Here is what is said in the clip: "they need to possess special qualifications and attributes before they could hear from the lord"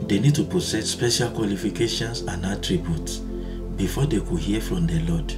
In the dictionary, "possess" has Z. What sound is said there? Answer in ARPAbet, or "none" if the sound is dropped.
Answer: S